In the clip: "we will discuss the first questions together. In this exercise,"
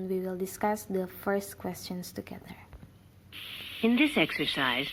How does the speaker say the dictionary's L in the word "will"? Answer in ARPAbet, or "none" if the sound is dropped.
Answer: L